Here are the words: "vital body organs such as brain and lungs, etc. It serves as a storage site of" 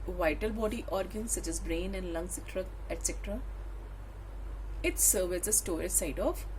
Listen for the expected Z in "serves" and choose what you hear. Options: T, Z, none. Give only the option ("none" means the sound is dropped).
none